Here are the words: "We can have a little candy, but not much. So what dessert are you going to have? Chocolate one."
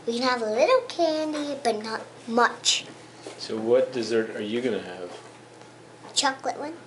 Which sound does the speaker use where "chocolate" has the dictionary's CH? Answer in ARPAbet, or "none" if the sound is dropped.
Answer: CH